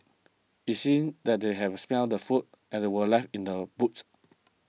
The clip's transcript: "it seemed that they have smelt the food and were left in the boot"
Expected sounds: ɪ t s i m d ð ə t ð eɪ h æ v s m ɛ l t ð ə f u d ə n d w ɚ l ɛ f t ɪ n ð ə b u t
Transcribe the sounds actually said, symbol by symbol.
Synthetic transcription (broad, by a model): ɪ t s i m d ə t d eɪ h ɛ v s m ɛ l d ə f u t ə n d w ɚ l ɛ f t ɪ n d ə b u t